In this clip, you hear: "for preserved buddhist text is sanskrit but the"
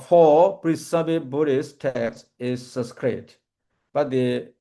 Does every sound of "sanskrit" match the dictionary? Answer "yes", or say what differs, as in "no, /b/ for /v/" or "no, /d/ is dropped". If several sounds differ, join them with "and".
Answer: no, /n/ is dropped